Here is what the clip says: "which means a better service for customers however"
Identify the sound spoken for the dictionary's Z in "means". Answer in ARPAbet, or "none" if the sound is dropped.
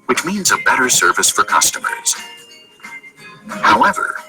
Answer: Z